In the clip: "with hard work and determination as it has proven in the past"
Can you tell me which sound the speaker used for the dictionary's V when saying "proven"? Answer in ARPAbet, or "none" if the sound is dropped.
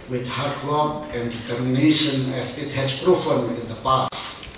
F